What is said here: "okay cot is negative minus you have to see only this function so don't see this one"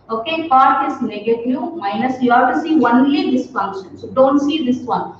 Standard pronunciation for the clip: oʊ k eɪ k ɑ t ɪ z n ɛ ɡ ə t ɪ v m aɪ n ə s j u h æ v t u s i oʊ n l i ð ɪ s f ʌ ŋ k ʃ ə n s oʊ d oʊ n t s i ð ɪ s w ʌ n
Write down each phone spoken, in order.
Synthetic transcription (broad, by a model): oʊ k eɪ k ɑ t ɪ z n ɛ ɡ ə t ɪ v m aɪ n ə s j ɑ t u s i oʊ n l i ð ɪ s f ʌ ŋ k ʃ ə n s oʊ d oʊ n t s i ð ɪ s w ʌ n